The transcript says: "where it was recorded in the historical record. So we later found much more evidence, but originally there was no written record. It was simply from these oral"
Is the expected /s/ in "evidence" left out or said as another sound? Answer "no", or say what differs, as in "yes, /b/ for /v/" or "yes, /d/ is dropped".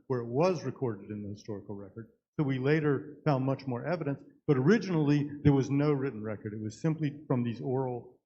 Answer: no